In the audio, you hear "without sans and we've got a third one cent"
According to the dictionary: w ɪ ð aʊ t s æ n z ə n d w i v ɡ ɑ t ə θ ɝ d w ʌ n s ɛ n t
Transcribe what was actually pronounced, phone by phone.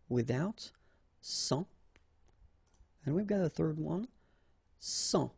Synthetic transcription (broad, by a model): w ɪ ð aʊ t s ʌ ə n w i v ɡ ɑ t ə θ ɝ d w ʌ n s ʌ